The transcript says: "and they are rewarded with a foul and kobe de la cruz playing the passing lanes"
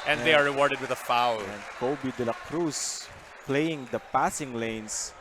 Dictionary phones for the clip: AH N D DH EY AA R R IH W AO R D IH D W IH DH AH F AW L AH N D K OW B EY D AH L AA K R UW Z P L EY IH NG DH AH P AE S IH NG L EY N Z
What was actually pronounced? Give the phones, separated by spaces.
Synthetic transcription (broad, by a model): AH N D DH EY AA R R IH W AO R D IH D W IH DH AH F AW L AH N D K OW B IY D AH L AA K R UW S P L EY IH NG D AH P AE S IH NG L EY N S